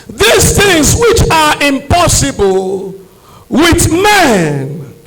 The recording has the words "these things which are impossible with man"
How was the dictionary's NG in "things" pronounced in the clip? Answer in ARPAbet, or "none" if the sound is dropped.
NG